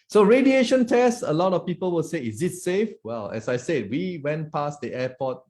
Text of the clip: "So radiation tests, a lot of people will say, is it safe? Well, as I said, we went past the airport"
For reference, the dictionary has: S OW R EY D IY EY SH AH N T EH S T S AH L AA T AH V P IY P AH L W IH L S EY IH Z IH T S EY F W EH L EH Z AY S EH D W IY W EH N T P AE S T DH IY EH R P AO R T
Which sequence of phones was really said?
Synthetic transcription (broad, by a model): S OW R EY D IY EY SH AH N T EH S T AH L AA T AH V P IY P AH L W IH L S EY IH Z IH T S EY F W EH L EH S AY S EH D W IY W EH N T P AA S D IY EH P AO T